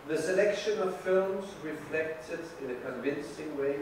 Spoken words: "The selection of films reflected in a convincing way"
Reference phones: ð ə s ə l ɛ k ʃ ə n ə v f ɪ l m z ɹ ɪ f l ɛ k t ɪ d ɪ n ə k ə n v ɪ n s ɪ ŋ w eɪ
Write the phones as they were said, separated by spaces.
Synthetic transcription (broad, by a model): ð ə s ə l ɛ k ʃ ə n ə v f ɪ l m z ɹ ɪ f l ɛ k t ɪ d ɪ n ə k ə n v ɪ n s ɪ ŋ w eɪ